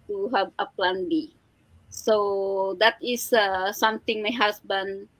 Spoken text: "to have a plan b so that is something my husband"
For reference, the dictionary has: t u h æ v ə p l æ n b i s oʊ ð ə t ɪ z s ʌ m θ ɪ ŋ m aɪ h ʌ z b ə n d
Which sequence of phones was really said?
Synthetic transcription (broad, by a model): t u h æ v ə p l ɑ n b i s oʊ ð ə t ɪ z s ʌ m t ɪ ŋ m aɪ h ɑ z b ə n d